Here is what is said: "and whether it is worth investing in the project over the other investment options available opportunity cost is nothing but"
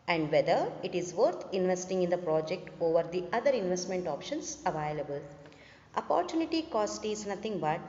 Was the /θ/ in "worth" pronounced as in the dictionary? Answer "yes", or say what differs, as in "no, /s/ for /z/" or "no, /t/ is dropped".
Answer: no, /t/ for /θ/